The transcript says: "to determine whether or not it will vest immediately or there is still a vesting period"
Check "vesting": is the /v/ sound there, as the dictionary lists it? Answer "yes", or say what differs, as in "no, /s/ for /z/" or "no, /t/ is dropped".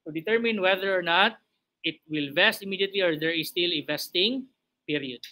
yes